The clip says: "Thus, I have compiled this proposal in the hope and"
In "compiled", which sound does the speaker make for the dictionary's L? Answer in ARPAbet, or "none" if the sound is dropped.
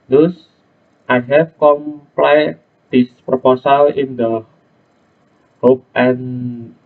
none